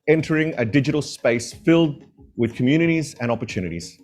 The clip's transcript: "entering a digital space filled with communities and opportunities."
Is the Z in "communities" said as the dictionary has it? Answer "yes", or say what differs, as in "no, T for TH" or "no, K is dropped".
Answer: yes